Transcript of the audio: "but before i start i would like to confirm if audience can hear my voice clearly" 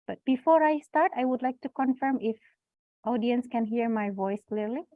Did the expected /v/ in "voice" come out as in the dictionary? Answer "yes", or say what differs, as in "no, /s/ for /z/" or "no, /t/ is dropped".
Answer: yes